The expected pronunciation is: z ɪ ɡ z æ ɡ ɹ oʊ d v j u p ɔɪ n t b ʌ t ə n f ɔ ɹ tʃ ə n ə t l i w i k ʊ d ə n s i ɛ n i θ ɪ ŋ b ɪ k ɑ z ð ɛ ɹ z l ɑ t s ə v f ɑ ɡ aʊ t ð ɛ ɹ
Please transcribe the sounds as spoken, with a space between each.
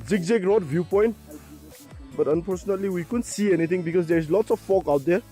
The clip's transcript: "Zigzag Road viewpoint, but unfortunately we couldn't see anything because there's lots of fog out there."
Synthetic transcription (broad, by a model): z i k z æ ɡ ɹ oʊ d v j u p ɔɪ n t b ʌ t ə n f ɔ ɹ s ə n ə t l i w i k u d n s i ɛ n i t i ŋ b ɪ k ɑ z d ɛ ɹ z l ɑ t s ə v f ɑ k aʊ t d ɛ ɹ